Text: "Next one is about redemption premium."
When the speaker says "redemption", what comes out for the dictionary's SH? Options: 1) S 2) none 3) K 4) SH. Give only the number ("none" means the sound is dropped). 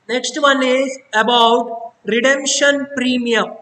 4